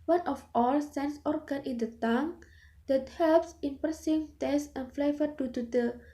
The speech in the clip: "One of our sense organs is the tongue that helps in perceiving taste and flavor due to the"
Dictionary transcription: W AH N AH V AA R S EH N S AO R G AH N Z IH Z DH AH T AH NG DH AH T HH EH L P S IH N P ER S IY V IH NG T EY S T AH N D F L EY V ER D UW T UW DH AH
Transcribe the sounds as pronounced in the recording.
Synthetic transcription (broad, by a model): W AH N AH F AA L S EH N S AO R G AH N IH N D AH T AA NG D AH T HH EH L P S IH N P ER S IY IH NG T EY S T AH N F L EY V ER D UW T UW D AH